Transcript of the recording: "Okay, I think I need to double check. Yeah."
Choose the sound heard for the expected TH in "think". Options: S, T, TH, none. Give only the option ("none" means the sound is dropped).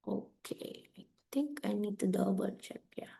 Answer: T